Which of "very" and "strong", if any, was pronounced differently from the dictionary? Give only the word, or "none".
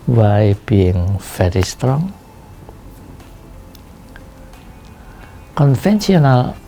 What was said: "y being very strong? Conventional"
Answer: very